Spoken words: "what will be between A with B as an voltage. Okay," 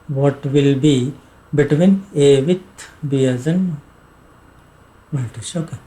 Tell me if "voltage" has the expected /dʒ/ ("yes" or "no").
no